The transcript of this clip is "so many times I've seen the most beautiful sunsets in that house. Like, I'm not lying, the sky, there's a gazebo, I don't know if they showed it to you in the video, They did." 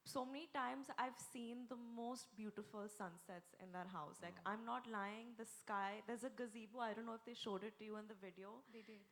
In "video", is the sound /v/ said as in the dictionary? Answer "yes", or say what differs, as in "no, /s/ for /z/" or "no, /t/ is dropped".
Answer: yes